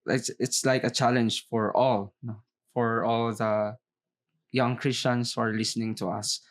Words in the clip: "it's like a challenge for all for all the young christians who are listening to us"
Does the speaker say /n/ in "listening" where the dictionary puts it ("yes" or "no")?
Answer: yes